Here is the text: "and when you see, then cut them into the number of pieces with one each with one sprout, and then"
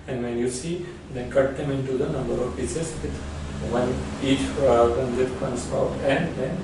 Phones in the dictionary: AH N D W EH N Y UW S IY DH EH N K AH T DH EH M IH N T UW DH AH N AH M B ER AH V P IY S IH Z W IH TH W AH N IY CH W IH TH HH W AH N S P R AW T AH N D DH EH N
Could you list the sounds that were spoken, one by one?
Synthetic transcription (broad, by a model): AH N D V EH N Y UW S IY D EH N K AH T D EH M IH N T UW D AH N AH M B ER AH V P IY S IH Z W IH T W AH N IY CH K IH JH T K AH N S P AW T AH N D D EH N